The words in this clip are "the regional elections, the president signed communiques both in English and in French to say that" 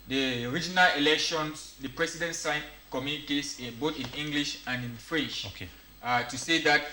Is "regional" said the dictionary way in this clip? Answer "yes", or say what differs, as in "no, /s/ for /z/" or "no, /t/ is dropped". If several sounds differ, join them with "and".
yes